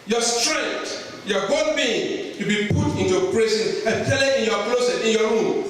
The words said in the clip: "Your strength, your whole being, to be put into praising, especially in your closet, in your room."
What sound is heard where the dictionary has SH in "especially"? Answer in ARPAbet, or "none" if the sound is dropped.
none